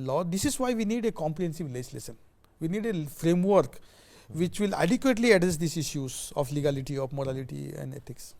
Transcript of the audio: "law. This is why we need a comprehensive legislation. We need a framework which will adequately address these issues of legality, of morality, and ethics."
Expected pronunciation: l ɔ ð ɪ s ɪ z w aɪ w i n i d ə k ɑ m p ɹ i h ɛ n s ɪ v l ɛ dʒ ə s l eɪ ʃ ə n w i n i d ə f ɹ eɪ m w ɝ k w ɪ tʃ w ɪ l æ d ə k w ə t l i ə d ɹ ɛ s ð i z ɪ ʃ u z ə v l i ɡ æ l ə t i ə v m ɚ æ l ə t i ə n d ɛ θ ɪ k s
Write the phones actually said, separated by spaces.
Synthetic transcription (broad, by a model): l ɔ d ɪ s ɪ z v aɪ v i n i d ə k ɑ m p ɹ i h ɛ n s ɪ v l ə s l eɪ s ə n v i n i d ə f ɹ eɪ m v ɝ k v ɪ tʃ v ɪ l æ d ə k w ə t l i ə d ɹ ɛ s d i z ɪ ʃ u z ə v l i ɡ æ l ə t i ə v m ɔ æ l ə t i ə n d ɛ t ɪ k s